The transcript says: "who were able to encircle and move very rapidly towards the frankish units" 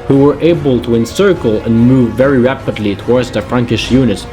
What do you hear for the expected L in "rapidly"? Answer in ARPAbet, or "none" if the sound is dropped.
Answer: L